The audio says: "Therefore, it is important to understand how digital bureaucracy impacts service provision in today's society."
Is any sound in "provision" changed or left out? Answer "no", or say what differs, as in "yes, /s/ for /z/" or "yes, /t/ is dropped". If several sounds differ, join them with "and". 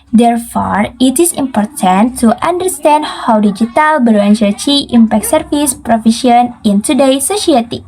yes, /ʃ/ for /ʒ/